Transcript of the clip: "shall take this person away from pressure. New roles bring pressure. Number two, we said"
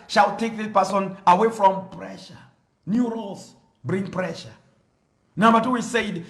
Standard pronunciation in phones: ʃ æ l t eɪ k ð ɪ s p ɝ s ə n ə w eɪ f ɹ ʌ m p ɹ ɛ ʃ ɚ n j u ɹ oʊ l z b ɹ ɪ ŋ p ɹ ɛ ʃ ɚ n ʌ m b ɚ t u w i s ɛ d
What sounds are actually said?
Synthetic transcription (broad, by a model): ʃ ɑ l t eɪ k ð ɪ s p ɝ s ə n ə w eɪ f ɹ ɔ m p ɹ ɛ ʃ ɚ n j u ɹ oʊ l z b ɹ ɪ ŋ p ɹ ɛ ʃ ɚ n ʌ m b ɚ t u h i s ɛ d